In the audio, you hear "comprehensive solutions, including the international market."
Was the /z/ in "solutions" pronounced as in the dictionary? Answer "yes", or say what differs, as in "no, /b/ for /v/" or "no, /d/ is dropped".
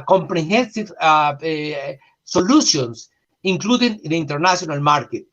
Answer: no, /s/ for /z/